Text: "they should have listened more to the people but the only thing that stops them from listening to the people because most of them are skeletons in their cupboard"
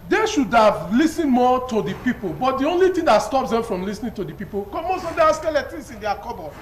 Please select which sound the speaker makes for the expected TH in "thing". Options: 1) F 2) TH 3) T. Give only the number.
3